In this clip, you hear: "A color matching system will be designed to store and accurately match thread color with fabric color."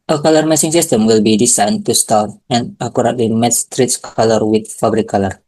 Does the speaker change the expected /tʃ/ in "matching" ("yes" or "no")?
yes